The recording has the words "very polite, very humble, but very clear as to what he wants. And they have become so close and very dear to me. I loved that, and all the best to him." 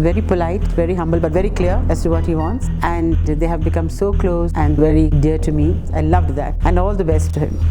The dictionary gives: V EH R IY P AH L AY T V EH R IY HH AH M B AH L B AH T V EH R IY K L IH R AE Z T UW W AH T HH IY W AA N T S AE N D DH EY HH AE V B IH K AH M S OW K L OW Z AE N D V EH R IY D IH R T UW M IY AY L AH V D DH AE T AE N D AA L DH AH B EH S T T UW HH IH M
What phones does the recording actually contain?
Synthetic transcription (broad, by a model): V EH R IY P AH L AY T V EH R IY HH AH M B AH L B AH T V EH R IY K L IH R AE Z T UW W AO T HH IY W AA N T S AE N D EY HH AE V B IH K AH M S OW K L OW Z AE N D V EH R IY D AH R T UW M IY AY L AH V D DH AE T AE N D AA L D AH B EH S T T UW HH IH M